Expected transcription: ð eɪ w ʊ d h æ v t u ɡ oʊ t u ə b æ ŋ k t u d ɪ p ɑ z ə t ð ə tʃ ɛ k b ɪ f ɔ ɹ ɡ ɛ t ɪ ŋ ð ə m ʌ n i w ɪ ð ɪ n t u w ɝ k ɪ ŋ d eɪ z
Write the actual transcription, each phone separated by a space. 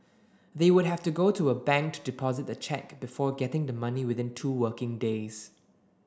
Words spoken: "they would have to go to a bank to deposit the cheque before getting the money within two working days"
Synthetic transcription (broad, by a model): ð eɪ w ʊ d h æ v t u ɡ oʊ t u ə b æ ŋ k t u d ɪ p ɑ z ə t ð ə tʃ ɛ k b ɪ f ɔ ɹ ɡ ɛ t ɪ ŋ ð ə m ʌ n i w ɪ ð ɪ n t u w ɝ k ɪ ŋ d eɪ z